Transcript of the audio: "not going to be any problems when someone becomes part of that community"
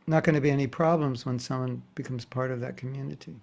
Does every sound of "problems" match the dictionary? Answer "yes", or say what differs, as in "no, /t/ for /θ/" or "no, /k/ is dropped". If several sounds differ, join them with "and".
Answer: yes